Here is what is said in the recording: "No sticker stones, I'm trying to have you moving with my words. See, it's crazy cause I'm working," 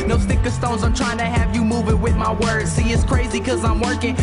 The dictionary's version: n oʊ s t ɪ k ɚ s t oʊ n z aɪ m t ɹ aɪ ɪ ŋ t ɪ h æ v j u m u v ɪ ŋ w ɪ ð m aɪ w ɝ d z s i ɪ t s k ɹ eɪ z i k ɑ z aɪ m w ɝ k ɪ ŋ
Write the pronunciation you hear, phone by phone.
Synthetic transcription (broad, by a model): n oʊ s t ɪ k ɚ s t oʊ n z aɪ m t ɹ aɪ ɪ ŋ t ɪ h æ v j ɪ m u v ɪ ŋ w ɪ ð m aɪ w ɝ d z s i ɪ t s k ɹ eɪ z i k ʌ z aɪ m w ɝ k ɪ ŋ